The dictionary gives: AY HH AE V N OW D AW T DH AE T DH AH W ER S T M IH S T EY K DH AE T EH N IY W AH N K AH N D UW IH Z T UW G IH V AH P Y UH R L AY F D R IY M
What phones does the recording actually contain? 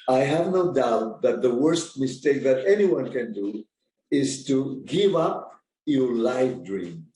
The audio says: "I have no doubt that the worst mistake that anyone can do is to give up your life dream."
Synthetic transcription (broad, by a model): AY HH AE V N OW D AW T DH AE T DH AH W ER S T M IH S T EY K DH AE T EH N IY W AH N K AH N D UW IH Z T UW G IH V AH P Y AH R L AY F D R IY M